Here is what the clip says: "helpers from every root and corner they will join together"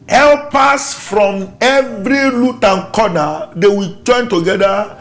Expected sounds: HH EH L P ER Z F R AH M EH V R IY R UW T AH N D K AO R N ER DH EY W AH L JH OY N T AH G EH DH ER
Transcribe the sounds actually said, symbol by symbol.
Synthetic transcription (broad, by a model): HH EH L P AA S F R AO M EH V R IY L UW T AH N K AO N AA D EY W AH JH OY N T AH G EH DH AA